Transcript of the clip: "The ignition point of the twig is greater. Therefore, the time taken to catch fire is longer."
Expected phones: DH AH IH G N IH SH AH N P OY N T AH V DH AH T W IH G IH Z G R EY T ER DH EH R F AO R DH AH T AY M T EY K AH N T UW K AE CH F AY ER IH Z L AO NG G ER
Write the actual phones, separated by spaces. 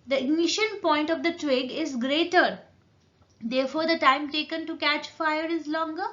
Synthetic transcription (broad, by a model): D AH IH G N IH SH AH N P OY N T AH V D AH T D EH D IH Z G R EY T ER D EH R F AO R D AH T AY M T EY K AH N T UW K AE CH F AY ER IH Z L AO NG G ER